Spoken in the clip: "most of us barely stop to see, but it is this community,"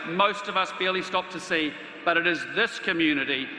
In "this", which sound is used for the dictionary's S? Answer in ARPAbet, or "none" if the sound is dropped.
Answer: S